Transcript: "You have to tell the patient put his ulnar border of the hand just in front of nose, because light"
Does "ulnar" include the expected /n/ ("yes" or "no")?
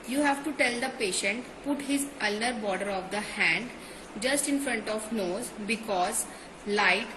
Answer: no